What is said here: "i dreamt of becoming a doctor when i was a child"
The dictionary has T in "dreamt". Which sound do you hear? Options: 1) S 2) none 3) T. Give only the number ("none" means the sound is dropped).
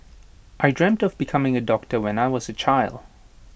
3